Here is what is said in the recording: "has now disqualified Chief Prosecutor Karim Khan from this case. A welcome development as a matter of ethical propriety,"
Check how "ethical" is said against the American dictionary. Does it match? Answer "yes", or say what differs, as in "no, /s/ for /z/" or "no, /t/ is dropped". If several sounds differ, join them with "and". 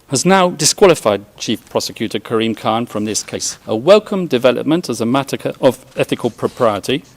yes